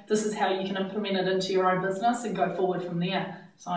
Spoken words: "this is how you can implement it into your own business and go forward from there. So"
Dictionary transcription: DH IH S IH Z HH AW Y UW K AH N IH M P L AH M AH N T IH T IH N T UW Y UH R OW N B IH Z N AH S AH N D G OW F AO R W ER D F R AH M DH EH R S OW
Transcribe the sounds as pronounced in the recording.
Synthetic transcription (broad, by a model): DH IH S IH Z HH AW Y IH K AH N IH M P L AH M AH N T IH T IH N T UW Y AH R OW N B IH Z N AH S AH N G OW F AO R W ER D F R AH M DH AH R S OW